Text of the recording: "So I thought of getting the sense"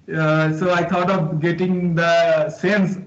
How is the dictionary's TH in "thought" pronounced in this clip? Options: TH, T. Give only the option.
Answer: T